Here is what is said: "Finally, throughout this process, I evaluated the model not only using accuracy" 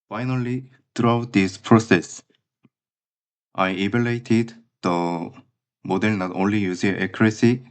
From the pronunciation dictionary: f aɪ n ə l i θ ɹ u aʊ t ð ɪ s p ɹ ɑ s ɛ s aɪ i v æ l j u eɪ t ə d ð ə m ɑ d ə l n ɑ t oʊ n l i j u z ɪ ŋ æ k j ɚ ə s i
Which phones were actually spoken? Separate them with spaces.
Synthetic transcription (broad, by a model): f aɪ n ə l i t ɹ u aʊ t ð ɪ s p ɹ ɑ s ɛ s aɪ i b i l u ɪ t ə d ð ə m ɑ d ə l n ɑ t oʊ n l i j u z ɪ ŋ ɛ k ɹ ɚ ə s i